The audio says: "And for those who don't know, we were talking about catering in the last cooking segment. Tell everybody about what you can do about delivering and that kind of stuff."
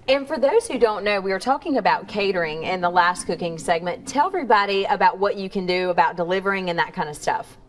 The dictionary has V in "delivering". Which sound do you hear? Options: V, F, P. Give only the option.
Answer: V